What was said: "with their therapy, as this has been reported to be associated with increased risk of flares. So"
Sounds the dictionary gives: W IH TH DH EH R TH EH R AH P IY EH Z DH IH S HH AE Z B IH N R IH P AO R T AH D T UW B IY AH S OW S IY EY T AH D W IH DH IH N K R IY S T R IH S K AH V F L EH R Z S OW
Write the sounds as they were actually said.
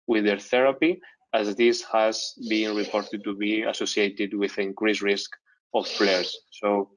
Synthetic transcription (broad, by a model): W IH DH EH R TH EH R AH P IY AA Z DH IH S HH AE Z B IH N R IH P AO R T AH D T UW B IY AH S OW S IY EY T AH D W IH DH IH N K R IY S R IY S K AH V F L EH R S OW